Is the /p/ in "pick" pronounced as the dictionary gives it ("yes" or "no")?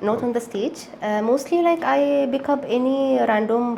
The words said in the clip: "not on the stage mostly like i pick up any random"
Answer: no